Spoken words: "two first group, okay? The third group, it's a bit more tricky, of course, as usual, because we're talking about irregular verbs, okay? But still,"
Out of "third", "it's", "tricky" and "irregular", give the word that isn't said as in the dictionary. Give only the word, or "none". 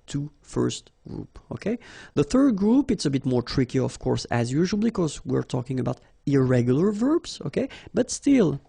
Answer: none